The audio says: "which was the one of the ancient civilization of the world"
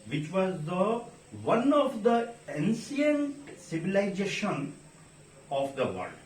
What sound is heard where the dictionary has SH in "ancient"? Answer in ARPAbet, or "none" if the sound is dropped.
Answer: S